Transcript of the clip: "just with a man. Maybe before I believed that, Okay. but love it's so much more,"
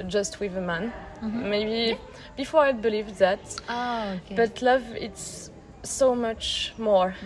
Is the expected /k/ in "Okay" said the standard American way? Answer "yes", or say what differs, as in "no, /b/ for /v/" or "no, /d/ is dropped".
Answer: no, /k/ is dropped